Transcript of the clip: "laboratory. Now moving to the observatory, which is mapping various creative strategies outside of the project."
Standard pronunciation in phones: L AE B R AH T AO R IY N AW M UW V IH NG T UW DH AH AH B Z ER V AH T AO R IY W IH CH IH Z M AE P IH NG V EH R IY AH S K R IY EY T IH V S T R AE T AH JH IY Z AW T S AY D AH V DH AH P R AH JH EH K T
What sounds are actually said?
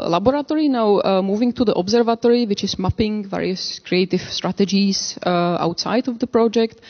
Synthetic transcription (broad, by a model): L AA B R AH T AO R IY N AW M UW V IH NG T UW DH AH AH B Z ER V AH T AO R IY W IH CH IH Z M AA P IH NG V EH R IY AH S K R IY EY T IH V S T R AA T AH JH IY S AW T S AY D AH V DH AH P R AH JH EH K T